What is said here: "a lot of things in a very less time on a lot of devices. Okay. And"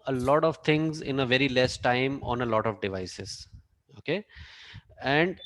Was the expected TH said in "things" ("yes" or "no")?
no